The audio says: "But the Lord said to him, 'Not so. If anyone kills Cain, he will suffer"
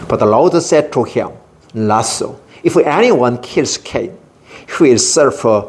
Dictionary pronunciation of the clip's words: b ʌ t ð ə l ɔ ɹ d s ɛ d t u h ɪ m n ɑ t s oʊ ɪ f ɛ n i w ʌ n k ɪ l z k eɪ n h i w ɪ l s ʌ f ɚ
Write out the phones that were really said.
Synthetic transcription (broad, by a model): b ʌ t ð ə l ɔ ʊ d s ɛ d t u h ɪ m l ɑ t s oʊ ɪ f ɛ n i w ʌ n k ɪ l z k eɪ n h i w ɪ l s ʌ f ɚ